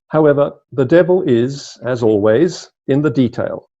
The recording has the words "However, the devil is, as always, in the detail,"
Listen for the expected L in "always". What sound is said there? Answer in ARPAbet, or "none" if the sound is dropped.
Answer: L